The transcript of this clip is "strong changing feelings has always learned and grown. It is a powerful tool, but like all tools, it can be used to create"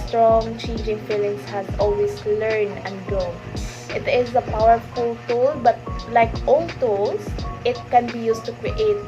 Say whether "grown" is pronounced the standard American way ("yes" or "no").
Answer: no